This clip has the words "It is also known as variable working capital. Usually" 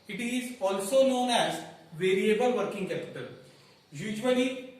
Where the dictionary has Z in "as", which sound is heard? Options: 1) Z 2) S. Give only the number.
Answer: 1